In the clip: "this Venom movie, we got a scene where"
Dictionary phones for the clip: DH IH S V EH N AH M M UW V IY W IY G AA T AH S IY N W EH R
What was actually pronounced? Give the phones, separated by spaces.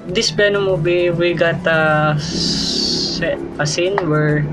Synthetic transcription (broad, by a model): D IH S B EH N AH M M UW B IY W IY G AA T AH S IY N W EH R